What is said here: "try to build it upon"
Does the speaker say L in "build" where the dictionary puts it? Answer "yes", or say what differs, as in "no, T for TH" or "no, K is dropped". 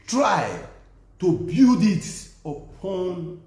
no, L is dropped